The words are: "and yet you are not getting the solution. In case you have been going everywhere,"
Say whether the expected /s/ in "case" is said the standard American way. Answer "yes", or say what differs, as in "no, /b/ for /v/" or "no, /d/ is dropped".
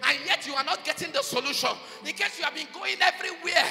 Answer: yes